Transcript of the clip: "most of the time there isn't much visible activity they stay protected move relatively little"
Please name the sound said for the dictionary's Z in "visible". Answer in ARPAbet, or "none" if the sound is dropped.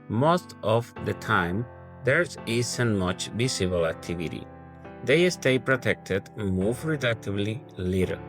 S